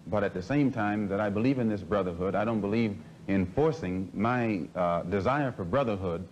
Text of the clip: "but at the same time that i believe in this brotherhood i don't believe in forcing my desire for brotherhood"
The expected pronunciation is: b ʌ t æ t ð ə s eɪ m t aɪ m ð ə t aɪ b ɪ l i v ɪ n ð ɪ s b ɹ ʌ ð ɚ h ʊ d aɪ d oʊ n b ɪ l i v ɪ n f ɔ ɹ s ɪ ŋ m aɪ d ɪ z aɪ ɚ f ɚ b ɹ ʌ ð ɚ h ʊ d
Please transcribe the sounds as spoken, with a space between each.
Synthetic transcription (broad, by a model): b ʌ t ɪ t ð ə s eɪ m t aɪ m ð ə t aɪ b ɪ l i v ɪ n ð ɪ s b ɹ ʌ ð ɚ h ʊ d aɪ d oʊ n b ɪ l i v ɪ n f ɔ ɹ s ɪ ŋ m aɪ d ɪ z aɪ ɚ f ɚ b ɹ ʌ ð ɚ h ʊ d